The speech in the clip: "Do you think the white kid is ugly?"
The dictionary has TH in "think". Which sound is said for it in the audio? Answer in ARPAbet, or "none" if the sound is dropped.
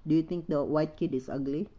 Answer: T